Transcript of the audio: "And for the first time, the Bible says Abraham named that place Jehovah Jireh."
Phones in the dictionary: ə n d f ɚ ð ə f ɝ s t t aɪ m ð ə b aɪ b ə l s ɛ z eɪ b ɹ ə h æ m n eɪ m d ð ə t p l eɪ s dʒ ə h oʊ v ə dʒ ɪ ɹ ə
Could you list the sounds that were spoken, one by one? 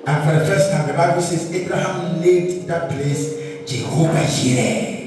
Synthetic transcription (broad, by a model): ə n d f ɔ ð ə f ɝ s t t aɪ m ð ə b aɪ b ə l s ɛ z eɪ b ɹ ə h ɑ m l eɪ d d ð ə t p l eɪ s dʒ ə h oʊ v ə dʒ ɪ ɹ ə